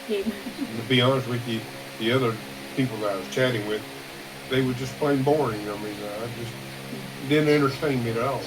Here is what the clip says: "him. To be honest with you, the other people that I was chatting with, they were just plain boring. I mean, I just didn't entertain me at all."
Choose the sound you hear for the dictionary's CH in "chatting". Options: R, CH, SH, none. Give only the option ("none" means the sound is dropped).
CH